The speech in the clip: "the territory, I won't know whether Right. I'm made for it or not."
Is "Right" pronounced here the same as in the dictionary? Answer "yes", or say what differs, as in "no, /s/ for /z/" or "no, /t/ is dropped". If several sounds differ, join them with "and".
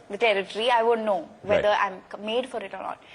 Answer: no, /t/ is dropped